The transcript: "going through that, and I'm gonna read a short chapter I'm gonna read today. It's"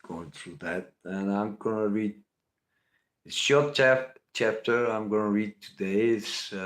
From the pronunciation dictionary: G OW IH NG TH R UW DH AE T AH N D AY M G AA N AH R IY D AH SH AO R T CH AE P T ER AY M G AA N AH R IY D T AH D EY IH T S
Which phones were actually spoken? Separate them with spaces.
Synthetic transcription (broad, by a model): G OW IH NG TH R UW DH AE T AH N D AY M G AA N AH R IY D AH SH AO R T CH AE P T ER AY M G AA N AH R IY D T AH D EY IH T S